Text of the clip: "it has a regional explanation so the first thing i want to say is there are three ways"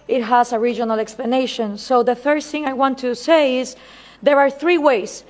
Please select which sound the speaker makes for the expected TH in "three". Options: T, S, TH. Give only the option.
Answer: TH